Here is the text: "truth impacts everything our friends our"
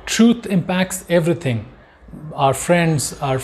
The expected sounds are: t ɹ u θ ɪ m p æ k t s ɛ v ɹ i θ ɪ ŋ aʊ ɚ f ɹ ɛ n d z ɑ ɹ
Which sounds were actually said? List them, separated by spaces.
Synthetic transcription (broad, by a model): t ɹ u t ɪ m p æ k t s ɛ v ɹ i t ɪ ŋ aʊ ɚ f ɹ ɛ n d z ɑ ɹ